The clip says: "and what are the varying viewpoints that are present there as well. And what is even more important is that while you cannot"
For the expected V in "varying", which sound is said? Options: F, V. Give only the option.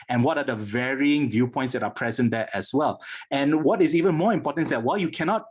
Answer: V